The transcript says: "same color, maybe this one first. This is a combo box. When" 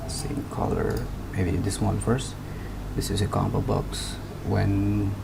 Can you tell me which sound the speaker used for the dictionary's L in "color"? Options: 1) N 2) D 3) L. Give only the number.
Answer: 3